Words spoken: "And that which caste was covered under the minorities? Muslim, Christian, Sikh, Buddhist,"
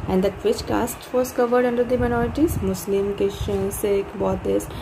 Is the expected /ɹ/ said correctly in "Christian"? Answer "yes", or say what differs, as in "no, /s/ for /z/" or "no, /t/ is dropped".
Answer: no, /ɹ/ is dropped